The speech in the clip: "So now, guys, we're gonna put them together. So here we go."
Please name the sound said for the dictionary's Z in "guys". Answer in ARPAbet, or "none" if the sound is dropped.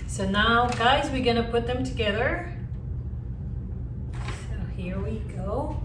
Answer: Z